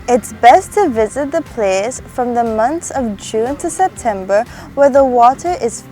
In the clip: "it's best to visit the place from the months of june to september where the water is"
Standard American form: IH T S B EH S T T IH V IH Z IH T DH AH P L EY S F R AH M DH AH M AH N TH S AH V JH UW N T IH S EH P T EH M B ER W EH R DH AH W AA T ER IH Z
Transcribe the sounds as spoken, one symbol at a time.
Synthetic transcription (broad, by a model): IH T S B EH S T T IH V IH Z IH T DH AH P L EY S F R AH M DH AH M AH N TH AH V JH UW N T IH S EH P T EH M B ER W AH R DH AH W AA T ER IH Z